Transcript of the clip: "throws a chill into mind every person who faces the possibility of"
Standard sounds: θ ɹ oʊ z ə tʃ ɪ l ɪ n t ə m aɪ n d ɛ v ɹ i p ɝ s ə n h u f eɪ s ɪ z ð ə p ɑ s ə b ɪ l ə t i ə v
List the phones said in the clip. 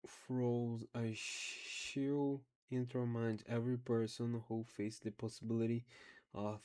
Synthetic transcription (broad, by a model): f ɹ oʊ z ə ʃ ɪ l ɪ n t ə m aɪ n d ɛ v ɹ i p ɝ s ə n h u f eɪ ɪ s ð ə p ɑ s ə b ɪ l ə t i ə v